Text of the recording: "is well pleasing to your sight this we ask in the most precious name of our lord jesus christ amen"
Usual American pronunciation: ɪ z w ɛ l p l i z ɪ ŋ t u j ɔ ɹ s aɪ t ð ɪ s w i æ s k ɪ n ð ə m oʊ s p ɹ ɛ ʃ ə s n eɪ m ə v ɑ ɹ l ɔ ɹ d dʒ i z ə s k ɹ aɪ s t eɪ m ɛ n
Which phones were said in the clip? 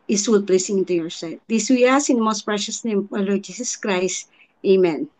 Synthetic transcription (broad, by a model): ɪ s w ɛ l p l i s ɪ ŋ t u j ɔ ɹ s aɪ t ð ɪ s w i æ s ɪ n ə m oʊ s p ɹ ɛ ʃ ə s n eɪ m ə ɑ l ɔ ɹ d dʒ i s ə s k ɹ aɪ s t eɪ m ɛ n